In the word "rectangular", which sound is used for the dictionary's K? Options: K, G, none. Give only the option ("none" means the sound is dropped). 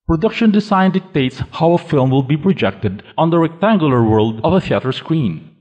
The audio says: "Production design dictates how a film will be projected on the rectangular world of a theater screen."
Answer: K